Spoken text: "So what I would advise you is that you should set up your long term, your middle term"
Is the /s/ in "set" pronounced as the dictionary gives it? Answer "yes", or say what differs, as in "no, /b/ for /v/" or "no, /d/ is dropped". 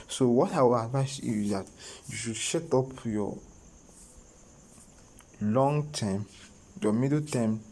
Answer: no, /ʃ/ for /s/